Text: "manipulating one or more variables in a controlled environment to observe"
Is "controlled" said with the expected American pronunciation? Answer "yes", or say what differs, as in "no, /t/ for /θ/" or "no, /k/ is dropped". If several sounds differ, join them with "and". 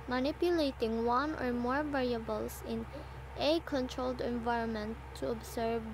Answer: yes